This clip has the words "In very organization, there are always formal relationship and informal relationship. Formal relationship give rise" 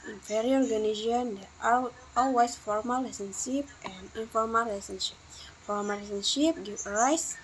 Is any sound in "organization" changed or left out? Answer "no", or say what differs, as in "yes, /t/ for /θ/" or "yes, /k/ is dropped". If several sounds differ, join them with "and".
yes, /ʃ/ is dropped